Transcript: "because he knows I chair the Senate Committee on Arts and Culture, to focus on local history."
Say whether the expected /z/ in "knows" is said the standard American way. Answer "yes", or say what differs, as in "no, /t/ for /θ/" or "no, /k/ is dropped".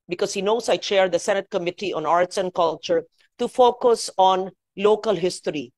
no, /s/ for /z/